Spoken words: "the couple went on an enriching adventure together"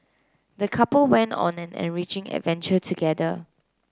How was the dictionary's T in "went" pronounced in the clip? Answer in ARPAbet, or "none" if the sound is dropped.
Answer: T